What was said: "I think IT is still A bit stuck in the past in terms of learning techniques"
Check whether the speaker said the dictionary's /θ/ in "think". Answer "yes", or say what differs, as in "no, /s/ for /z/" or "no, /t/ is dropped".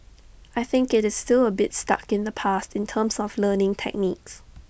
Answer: yes